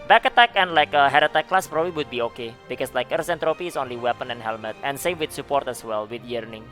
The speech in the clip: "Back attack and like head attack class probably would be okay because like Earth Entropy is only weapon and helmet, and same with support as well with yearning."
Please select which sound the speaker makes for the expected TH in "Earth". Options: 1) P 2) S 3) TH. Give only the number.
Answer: 2